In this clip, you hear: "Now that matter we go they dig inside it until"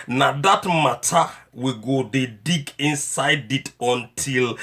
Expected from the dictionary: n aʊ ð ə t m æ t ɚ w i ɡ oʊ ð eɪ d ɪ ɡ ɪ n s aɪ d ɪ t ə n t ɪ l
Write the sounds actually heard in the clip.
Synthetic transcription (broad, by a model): n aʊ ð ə t m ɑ t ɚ w i ɡ oʊ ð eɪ d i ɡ ɪ n s aɪ d ɪ t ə n t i l